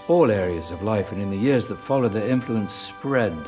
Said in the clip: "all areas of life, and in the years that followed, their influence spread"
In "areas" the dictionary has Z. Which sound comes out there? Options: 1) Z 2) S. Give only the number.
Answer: 1